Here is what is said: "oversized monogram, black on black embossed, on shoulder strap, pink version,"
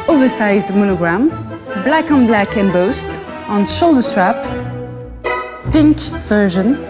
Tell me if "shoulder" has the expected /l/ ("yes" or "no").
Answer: yes